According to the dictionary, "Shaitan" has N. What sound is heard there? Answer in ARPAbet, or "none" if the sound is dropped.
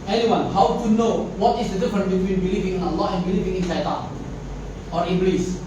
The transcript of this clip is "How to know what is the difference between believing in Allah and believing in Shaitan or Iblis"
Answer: none